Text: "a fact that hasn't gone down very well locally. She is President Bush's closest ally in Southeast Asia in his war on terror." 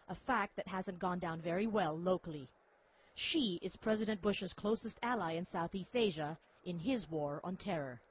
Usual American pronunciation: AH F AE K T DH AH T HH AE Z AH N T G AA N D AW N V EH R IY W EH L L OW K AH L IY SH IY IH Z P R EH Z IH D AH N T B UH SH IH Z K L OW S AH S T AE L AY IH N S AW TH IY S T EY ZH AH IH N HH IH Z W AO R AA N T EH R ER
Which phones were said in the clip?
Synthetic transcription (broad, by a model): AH F AE K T DH AH T HH AE Z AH N G AA N D AW N V EH R IY W EH L L OW K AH L IY SH IY IH Z P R EH Z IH D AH N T B UH SH IH Z K L OW S AH S T AE L AY IH N S AW TH IY S T EY ZH AH IH N IH Z W AO R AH N T EH R ER